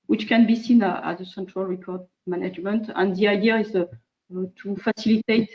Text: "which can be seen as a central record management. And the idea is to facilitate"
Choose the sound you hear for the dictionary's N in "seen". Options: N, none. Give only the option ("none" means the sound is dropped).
N